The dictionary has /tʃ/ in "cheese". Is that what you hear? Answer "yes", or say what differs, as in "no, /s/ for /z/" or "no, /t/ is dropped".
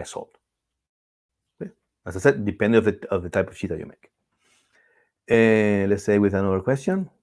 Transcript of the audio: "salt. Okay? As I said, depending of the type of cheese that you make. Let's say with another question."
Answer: no, /ʃ/ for /tʃ/